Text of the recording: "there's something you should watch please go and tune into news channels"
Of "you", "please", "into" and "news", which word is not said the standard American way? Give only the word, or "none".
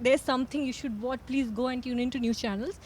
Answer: news